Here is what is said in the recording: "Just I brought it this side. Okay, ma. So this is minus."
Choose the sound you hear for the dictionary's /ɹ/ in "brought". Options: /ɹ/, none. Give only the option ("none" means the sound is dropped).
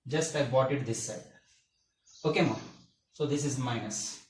none